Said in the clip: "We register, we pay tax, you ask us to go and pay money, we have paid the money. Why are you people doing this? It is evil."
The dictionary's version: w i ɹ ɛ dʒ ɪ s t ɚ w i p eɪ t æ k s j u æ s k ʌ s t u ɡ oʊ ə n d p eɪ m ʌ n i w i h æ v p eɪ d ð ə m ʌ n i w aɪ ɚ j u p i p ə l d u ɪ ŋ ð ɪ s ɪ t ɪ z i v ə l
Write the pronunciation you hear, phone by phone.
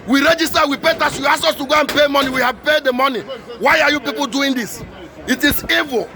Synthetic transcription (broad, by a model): w i ɹ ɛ dʒ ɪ s t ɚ w i p eɪ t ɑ s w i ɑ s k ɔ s t u ɡ oʊ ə n p eɪ m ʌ n i w i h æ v p eɪ d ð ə m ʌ n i w aɪ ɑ j u p i p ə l d u ɪ ŋ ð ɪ s ɪ t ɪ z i v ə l